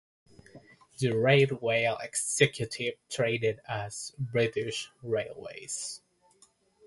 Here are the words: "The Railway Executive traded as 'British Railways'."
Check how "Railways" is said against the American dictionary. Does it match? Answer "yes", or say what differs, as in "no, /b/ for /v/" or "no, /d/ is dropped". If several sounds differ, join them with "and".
yes